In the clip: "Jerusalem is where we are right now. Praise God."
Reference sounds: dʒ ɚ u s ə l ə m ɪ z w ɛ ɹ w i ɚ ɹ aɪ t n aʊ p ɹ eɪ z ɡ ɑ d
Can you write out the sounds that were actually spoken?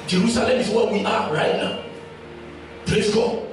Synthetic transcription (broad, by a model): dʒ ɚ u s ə l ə m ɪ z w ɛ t w i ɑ ɹ aɪ t n aʊ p l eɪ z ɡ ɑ